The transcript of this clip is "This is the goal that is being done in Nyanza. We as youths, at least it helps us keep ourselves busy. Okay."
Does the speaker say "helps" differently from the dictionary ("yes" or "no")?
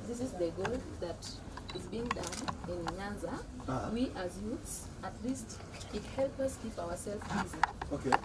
yes